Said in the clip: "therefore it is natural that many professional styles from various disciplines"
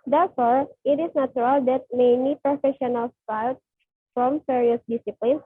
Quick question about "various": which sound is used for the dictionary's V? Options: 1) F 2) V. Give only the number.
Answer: 1